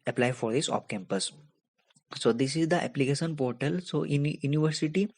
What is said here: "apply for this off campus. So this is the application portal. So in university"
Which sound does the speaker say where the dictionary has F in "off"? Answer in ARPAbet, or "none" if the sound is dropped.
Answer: P